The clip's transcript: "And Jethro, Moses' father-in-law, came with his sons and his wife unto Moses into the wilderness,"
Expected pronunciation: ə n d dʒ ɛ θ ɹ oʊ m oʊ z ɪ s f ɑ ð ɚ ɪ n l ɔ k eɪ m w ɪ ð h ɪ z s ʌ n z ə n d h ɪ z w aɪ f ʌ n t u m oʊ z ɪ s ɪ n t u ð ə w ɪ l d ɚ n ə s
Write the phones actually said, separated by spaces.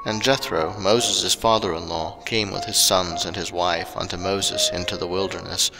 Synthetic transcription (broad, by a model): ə n dʒ ɛ θ ɹ oʊ m oʊ z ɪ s f ɑ ð ɚ ɪ n l ɔ k eɪ m w ɪ ð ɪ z s ʌ n z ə n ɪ z w aɪ f ʌ n t u m oʊ z ɪ s ɪ n t u ð ə w ɪ l d ɚ n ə s